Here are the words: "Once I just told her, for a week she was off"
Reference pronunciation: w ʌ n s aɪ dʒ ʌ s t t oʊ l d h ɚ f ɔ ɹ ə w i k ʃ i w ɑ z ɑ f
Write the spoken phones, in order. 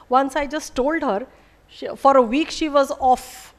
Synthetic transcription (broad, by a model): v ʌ n s aɪ dʒ ʌ s t t oʊ l d h ɚ f ɔ ɹ ə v i k ʃ i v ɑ z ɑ f